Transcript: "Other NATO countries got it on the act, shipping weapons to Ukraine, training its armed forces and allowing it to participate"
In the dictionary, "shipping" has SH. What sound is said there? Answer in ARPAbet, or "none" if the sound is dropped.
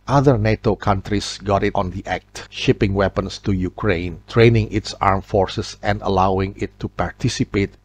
SH